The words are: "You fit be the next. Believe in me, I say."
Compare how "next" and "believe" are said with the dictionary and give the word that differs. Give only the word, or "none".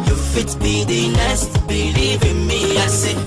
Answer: next